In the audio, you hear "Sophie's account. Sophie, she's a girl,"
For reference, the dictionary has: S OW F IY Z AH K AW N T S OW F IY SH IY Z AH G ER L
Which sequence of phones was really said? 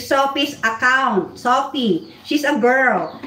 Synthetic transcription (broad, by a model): S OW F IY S AH K AW N T S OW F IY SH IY S AH G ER L